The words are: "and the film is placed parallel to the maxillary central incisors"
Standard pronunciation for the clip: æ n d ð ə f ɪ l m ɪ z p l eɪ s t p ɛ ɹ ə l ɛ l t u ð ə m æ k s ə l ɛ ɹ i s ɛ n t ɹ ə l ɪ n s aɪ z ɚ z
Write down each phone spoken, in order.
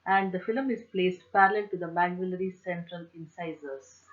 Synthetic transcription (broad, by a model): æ n d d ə f ɪ l m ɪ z p l eɪ s t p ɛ ɹ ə l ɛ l t u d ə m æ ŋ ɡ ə l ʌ ɹ i s ɛ n t ɹ ə l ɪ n s aɪ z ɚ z